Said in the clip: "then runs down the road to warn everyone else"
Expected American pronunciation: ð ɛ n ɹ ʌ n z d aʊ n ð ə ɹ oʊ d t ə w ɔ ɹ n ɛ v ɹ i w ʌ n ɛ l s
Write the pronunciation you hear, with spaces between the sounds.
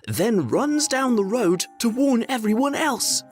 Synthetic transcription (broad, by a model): ð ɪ n ɹ ʌ n z d aʊ n ð ə ɹ oʊ d t ə w ɔ ɹ n ɛ v ɹ i w ʌ n ɛ l s